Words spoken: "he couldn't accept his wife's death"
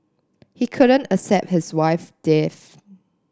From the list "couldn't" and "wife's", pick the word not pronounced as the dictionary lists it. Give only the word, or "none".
wife's